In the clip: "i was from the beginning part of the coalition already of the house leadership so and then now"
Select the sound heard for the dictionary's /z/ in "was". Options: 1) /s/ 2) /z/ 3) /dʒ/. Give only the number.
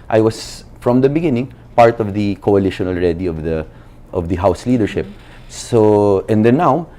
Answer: 1